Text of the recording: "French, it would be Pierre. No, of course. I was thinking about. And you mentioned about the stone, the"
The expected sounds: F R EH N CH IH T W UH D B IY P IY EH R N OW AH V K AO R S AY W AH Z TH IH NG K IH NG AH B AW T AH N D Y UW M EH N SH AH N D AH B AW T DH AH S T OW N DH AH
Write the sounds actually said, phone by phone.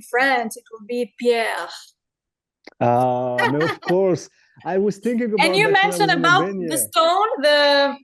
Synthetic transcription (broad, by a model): F R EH N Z IH T W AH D B IY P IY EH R N OW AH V K AO R S AY W AH Z TH IH NG K IH NG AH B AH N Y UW M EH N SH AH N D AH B AW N DH AH S T OW N DH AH